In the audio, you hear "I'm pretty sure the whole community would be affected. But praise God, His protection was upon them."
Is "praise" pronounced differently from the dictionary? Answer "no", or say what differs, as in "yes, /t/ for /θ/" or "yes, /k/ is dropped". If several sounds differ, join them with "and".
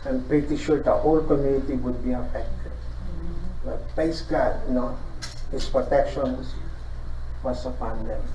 yes, /ɹ/ is dropped